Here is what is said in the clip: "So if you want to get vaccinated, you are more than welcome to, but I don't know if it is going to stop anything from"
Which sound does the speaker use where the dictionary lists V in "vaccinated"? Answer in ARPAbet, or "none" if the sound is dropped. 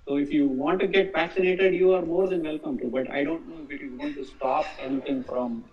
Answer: F